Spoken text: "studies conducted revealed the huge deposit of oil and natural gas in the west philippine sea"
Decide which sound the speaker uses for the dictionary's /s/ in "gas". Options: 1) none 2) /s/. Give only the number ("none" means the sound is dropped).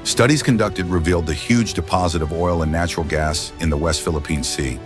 2